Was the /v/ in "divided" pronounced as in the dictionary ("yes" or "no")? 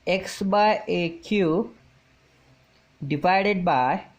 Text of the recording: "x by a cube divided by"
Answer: no